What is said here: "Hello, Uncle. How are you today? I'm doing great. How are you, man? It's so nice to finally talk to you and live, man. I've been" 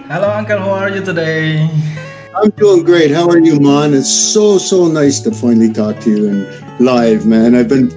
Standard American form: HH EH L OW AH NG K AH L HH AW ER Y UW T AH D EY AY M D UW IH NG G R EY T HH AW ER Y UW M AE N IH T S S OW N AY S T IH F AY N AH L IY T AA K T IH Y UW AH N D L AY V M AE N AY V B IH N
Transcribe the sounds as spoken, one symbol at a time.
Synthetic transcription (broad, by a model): HH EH L OW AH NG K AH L HH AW ER Y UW T AH D EY AY M D UW IH NG G R EY T HH AW ER Y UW M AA N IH T S S OW N AY S T IH F AY N L IY T AA K T IH Y UW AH N L AY V M AE N AY V B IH N